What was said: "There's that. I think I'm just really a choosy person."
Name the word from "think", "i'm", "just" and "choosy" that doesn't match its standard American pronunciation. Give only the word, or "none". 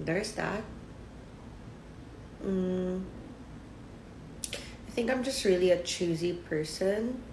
none